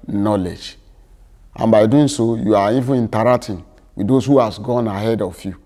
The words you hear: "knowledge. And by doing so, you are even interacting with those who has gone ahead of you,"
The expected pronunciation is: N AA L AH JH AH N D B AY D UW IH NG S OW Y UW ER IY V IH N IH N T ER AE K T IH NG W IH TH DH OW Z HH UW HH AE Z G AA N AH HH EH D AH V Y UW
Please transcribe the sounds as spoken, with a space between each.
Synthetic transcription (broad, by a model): N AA L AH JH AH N B AY D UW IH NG S OW Y UW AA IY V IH IY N T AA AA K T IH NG W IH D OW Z HH UW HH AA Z G AA N AH HH EH D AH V Y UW